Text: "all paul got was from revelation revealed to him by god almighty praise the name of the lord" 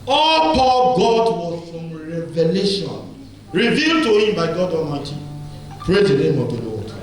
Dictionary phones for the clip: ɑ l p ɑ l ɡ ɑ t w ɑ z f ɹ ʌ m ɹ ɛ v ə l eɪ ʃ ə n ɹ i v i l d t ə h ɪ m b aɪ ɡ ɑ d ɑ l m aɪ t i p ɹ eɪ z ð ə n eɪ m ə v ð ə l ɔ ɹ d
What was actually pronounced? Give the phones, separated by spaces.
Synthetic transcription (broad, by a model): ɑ l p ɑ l ɡ ɑ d w ɑ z f ɹ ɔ m ɹ ɛ v ə l eɪ ʃ ə n ɹ i v i l d t ə h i m b aɪ ɡ ɑ d ɑ l m aɪ t i p ɹ eɪ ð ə n eɪ m ə v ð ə l ɔ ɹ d